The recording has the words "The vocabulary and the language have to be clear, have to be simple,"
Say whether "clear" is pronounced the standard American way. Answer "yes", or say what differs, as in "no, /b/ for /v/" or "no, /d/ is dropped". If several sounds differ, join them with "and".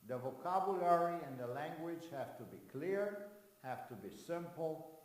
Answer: yes